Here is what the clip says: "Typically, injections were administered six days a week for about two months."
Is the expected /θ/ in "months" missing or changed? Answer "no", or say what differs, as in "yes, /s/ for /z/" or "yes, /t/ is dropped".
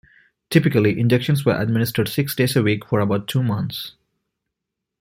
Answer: yes, /t/ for /θ/